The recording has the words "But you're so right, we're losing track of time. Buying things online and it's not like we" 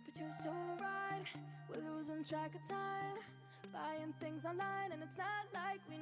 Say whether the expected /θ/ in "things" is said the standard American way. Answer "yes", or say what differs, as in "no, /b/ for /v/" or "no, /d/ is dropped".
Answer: yes